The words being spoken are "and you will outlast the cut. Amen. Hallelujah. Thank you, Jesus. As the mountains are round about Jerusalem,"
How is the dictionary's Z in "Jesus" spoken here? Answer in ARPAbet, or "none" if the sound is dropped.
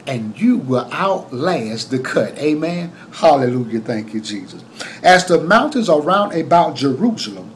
Z